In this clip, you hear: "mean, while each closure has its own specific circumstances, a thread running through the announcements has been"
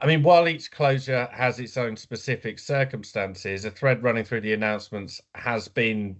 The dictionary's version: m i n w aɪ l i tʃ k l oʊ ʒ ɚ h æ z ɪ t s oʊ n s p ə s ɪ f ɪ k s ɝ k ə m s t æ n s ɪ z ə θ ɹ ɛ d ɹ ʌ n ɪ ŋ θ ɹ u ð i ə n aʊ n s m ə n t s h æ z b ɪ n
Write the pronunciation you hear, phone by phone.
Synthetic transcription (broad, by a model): m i n w aɪ l i tʃ k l oʊ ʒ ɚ h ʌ z ɪ t s oʊ n s p ə s ɪ f ɪ k s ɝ k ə m s t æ n s ɪ z ə θ ɹ ɛ d ɹ ʌ n ɪ ŋ θ ɹ u ð i ə n aʊ n s m ə n t s h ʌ z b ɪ n